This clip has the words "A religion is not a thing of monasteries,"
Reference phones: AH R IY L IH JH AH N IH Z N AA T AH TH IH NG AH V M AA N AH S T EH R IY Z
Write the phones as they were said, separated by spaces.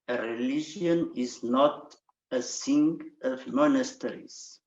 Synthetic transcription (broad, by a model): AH R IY L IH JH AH N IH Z N AA T AH S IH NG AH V M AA N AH S T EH R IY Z